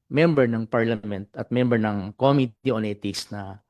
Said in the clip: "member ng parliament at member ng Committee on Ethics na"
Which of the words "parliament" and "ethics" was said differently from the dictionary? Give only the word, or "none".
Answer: ethics